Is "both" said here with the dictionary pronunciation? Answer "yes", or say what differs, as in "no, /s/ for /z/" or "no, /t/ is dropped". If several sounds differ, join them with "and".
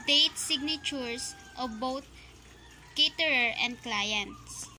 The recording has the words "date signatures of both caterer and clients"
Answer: no, /t/ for /θ/